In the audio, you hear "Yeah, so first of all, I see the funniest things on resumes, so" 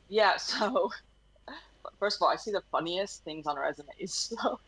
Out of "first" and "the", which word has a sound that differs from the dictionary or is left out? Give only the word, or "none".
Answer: none